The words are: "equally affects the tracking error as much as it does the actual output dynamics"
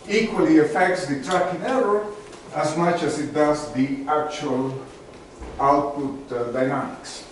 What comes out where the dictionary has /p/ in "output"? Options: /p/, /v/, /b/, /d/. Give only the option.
/p/